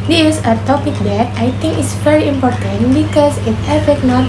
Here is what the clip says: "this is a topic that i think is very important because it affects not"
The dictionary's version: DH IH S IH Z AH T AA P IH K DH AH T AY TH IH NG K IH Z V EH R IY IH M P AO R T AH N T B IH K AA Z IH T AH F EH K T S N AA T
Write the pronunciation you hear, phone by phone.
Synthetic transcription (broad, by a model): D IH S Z AH T AA P IH K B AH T AY T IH NG K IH S V EH R IY IH M P AO R T AH N T B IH K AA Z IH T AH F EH T N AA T